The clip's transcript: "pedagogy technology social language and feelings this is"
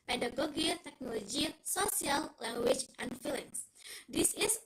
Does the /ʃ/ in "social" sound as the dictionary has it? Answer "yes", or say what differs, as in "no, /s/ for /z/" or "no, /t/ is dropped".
no, /s/ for /ʃ/